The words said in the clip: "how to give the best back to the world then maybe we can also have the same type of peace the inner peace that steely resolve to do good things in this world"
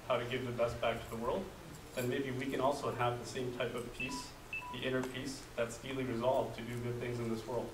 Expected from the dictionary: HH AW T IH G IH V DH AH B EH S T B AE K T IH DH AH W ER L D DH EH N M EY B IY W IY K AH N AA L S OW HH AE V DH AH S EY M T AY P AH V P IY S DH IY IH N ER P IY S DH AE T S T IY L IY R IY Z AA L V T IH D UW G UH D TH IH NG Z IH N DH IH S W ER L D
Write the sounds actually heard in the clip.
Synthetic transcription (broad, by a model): HH AW T IH G IH V DH AH B EH S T B AE K T IH DH AH W ER L D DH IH N M EY B IY W IY K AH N AA L S OW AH V DH AH S EY M T AY P AH V P IY S DH IY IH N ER P IY S DH AE T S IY L IY R IY Z AA L V T IH D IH G UH D TH IH NG Z IH N DH IH S W ER L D